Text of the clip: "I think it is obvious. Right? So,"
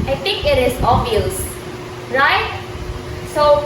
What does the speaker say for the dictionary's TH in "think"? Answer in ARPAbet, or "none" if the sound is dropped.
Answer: T